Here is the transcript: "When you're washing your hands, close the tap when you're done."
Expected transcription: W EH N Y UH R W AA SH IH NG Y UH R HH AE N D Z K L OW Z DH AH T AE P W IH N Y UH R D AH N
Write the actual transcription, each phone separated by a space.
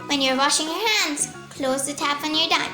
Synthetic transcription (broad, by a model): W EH N Y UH R W AA SH IH NG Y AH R HH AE N D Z K L OW Z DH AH T AE P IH N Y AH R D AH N